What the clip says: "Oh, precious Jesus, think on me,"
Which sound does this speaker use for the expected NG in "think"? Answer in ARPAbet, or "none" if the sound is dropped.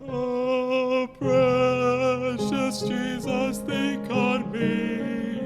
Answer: none